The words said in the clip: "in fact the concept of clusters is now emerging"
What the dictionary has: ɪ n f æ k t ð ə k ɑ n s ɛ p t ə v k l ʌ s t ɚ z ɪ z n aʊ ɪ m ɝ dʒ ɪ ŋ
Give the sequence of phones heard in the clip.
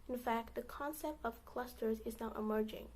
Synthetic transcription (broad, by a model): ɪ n f æ k t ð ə k ɑ n s ɛ p t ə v k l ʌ s t ɚ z ɪ z n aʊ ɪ m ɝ dʒ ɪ ŋ